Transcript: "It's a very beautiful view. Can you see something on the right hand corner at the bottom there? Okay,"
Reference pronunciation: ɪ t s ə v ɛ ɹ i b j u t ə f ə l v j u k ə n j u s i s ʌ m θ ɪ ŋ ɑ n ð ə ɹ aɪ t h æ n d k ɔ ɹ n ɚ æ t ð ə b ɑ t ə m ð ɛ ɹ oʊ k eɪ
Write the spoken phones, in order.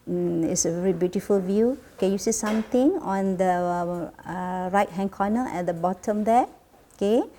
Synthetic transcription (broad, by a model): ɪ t s ə v ɛ ɹ i b j u t ə f ə l v j u k ə n j u s i s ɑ m t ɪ ŋ ɑ n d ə ɹ aɪ t h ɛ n k ɔ n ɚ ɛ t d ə b ɑ t ə m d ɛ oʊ k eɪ